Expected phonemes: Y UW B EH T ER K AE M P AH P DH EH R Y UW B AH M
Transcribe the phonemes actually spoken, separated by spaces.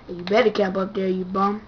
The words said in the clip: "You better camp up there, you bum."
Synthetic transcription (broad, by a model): Y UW B EH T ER K AE M P AH P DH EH R Y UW B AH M